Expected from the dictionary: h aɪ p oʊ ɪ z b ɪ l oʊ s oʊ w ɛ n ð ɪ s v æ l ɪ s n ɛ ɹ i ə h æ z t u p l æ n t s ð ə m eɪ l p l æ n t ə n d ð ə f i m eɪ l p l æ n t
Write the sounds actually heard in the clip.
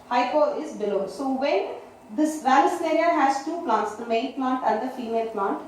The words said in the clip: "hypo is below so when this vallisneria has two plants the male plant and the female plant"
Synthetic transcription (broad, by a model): h aɪ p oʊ ɪ z b ɪ l oʊ s oʊ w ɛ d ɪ s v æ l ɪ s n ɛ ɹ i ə h æ z t u p l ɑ n t s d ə m eɪ n p l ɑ n t ə n d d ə f i m eɪ l p l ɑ n t